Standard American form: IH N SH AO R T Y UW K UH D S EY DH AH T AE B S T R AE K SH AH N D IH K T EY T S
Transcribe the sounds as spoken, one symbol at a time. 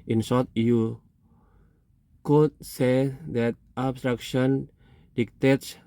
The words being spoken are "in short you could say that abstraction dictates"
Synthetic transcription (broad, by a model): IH N S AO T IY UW K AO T S EY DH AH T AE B S T R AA K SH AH N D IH K T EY T S